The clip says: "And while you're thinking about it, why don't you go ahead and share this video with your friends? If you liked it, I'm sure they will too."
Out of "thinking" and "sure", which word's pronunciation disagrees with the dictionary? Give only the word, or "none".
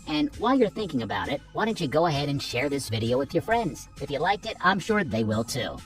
none